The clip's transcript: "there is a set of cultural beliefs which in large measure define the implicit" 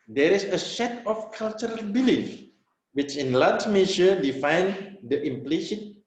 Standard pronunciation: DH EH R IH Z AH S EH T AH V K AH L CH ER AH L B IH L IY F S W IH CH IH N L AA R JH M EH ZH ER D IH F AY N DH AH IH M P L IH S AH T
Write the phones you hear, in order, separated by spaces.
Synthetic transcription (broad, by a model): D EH R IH S AH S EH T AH F K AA L CH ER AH L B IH L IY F W IH CH IH N L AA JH M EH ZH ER D IH F AY N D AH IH M P L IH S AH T